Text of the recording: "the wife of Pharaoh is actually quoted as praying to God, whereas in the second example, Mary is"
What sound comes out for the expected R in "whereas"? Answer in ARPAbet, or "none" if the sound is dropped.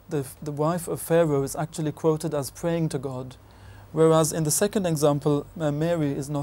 R